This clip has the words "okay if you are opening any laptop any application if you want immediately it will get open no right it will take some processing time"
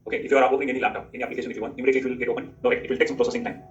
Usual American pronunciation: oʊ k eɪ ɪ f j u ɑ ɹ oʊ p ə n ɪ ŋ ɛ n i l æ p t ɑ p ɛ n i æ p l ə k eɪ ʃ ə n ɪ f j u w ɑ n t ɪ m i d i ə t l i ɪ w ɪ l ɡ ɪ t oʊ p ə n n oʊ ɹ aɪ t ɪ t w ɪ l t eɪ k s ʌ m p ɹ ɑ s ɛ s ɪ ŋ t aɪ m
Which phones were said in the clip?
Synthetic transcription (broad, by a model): oʊ k eɪ ɪ f j u ɑ ɹ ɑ ə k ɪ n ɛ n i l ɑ t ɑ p ɛ n i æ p l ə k eɪ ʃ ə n ɪ f j u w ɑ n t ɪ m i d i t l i ɪ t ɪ l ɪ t oʊ p ə n n oʊ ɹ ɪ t ɪ t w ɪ l t eɪ k s ʌ m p ɹ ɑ s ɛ s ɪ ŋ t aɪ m